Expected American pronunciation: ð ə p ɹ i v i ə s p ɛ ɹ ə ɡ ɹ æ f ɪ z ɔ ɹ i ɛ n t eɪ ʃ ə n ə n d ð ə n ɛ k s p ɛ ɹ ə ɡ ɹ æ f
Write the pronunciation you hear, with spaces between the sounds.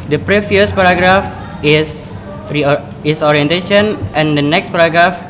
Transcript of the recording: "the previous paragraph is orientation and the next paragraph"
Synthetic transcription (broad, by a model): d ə p ɹ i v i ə s p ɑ ɹ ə ɡ ɹ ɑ f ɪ s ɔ ɹ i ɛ n t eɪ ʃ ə n ə n d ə n ɛ k s p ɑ ɹ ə ɡ ɹ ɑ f